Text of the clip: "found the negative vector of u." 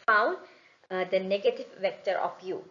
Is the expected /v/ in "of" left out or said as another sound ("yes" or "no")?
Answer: yes